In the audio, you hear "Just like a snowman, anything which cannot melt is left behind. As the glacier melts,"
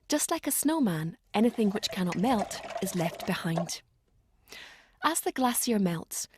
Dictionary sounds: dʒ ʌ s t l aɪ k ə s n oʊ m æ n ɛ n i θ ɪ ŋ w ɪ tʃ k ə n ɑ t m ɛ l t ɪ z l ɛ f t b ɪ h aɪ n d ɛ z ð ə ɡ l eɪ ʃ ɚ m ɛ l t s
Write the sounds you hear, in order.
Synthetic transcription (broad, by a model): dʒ ʌ s t l aɪ k ə s n oʊ m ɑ n ɛ n i θ ɪ ŋ w ɪ tʃ k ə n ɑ t m ɛ l t ɪ z l ɛ f t b ɪ h aɪ n d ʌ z ð ə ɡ l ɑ s ɚ m ɛ l t s